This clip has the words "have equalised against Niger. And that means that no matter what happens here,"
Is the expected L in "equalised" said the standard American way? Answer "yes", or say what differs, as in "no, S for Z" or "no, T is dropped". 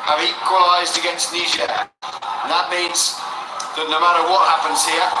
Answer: yes